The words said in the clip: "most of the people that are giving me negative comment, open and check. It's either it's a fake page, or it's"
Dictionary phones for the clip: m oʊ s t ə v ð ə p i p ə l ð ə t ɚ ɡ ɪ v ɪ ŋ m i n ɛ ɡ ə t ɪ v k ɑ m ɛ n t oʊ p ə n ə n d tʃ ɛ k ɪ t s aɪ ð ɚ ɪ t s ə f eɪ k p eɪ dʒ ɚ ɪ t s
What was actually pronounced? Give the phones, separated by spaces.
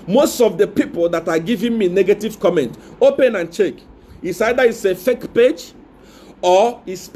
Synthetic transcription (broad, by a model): m oʊ s t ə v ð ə p i p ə l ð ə t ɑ ɡ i v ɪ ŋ m i n ɛ ɡ ə t ɪ v k ɑ m ɛ n t oʊ p ə n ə n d tʃ ɛ k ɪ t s aɪ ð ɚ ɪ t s ə f eɪ k p eɪ dʒ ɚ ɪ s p